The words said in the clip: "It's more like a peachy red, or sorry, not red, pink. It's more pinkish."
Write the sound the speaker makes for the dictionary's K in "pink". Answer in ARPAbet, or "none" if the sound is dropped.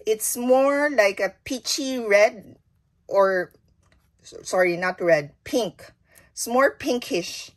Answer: K